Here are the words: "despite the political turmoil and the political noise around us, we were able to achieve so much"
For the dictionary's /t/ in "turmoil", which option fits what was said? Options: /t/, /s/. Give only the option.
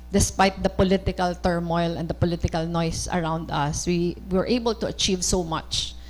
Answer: /t/